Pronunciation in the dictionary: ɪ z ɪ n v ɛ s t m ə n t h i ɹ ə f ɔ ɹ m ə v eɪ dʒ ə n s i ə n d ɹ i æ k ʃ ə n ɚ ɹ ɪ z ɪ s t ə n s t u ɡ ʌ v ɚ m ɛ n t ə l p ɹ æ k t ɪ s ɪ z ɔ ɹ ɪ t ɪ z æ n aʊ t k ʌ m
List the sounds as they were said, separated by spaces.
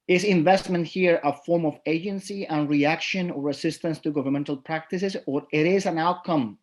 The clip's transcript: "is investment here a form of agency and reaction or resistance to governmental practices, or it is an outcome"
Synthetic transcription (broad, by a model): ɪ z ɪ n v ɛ s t m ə n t h i ɹ ə f ɔ ɹ m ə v eɪ dʒ ə n s i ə n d ɹ i æ k ʃ ə n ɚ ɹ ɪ s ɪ s t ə n s t u ɡ ʌ v ɚ m ɛ n t ə l p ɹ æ k t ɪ s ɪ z ɔ ɹ ɪ t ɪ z æ n aʊ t k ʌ m